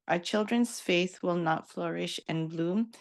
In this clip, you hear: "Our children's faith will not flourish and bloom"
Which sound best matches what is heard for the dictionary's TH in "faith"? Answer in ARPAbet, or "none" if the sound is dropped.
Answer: TH